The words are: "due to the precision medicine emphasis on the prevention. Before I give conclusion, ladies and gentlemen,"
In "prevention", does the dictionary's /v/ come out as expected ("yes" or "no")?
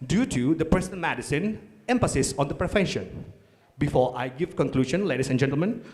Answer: no